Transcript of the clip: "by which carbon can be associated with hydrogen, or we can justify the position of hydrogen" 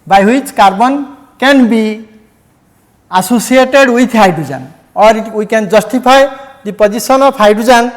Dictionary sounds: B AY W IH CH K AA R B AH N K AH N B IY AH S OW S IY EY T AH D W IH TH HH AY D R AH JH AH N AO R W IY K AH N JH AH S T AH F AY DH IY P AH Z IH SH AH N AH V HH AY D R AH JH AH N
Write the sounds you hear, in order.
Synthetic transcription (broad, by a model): B AY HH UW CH K AA R B AH N K AH N B IY AH S OW S IY EY T AH D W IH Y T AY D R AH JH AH N AO R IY K AH N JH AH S T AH P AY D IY P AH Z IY S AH N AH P AY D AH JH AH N